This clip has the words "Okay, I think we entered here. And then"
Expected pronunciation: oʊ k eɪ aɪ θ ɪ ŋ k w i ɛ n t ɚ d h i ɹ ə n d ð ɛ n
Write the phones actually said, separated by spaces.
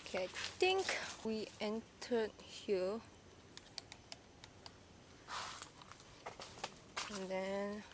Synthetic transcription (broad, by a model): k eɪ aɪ t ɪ ŋ k w i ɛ n t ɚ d h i ə n d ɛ n